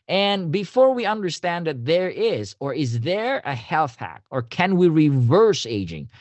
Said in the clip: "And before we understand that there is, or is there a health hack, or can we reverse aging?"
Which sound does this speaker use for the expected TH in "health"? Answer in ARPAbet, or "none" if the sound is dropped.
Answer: TH